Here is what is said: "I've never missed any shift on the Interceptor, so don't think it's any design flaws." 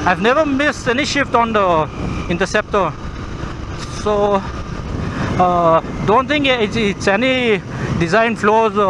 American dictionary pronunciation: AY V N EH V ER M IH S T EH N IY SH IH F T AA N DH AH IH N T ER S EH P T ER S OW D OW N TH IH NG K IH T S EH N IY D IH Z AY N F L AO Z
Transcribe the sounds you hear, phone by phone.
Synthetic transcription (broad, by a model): AY V N EH V ER M IH S T EH N IY SH IH F T AA N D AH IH N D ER S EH P T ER S OW D OW N T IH NG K IH T S EH N IY D IH Z AY N F L AO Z